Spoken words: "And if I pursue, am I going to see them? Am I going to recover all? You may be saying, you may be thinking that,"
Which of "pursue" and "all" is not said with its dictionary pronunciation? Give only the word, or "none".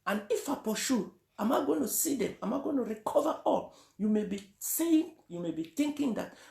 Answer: pursue